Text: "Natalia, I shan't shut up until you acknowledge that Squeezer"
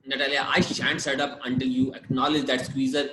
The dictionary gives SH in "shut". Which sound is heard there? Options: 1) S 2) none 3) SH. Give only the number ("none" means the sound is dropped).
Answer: 1